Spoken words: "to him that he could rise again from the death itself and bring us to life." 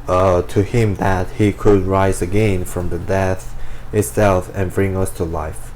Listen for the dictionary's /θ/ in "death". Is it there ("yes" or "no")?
yes